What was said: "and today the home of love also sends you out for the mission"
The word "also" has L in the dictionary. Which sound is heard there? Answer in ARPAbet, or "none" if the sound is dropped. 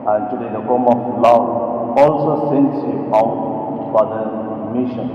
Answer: L